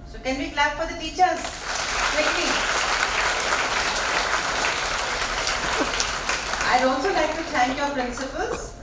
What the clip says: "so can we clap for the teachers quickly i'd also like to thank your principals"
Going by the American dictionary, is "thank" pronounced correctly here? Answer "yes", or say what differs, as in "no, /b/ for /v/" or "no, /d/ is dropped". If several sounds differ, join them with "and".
no, /t/ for /θ/